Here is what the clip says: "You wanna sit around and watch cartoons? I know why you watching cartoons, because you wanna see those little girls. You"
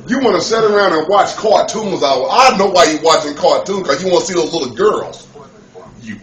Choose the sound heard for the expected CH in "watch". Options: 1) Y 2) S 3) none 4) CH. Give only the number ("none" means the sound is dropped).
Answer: 4